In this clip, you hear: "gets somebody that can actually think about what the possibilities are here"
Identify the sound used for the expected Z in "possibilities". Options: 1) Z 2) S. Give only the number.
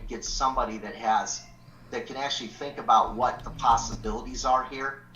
1